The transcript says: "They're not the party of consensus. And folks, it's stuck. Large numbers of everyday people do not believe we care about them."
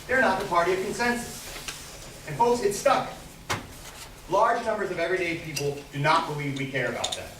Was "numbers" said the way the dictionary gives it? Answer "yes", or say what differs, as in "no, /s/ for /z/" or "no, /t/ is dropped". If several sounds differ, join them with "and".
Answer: yes